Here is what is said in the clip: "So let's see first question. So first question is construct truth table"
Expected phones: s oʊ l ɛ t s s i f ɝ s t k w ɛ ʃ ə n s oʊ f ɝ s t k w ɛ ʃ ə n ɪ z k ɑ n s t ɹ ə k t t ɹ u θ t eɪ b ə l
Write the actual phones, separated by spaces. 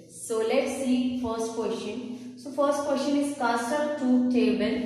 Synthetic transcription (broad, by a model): s oʊ l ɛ t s s i f ɝ s t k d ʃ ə n s oʊ f ɝ s t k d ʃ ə n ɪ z k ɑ s t ə t t u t eɪ b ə l